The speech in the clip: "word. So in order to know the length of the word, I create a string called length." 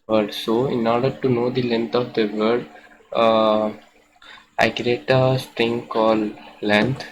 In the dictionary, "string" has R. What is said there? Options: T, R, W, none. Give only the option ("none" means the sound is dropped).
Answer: R